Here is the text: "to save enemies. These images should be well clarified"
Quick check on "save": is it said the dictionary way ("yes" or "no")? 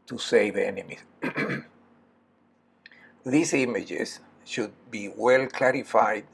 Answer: yes